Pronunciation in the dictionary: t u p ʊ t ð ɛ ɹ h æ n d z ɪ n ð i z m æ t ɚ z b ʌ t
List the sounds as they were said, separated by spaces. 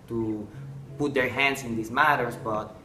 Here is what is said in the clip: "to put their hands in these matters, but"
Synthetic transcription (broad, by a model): t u p ʊ t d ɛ ɹ h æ n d s ɪ n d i s m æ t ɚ s b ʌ t